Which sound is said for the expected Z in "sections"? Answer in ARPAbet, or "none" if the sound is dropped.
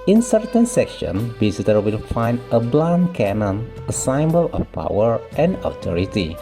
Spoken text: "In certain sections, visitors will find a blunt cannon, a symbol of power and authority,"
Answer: none